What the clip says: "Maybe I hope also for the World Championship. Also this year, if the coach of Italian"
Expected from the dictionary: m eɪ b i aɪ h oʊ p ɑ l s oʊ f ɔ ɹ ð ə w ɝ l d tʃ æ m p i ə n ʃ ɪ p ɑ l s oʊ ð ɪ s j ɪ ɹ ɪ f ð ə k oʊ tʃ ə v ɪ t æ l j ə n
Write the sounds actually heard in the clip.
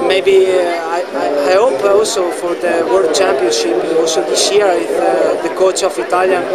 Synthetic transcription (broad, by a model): m eɪ b i aɪ h oʊ p ɑ l s oʊ f ɔ ɹ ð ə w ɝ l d tʃ æ m p i ə n ʃ ɪ p ɑ l s oʊ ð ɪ s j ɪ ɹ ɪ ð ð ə k oʊ tʃ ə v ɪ t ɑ l j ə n